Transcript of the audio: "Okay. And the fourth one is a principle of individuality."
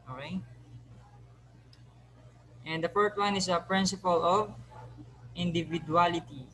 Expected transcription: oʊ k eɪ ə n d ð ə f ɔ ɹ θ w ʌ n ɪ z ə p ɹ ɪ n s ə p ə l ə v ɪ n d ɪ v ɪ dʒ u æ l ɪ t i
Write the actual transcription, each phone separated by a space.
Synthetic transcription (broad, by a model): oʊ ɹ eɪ ə n d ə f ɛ ɹ t w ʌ n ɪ s ə p ɹ ɪ n s ə p ə l ə v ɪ n d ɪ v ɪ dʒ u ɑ l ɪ t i